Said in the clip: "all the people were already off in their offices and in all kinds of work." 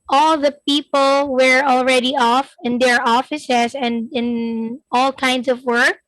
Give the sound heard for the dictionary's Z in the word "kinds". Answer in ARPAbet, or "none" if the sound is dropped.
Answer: S